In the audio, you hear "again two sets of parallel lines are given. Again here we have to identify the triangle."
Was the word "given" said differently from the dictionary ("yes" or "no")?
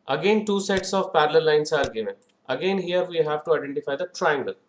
yes